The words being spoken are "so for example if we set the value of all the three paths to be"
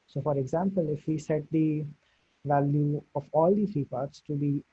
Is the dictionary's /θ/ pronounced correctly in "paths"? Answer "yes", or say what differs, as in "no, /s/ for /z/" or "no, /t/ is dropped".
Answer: no, /t/ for /θ/